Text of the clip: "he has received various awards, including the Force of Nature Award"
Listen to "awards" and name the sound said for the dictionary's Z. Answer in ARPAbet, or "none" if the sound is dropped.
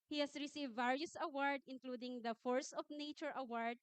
none